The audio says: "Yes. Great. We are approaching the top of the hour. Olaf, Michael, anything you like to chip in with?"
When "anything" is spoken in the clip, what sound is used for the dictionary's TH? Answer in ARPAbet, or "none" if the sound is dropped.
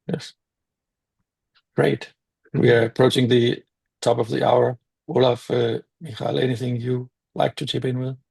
TH